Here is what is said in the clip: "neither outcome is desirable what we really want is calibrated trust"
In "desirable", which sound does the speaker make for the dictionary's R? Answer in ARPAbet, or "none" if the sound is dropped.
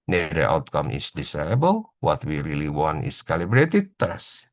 none